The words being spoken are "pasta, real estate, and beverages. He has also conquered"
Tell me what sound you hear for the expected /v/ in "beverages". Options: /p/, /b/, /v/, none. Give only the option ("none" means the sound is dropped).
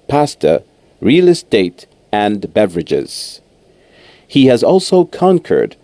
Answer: /v/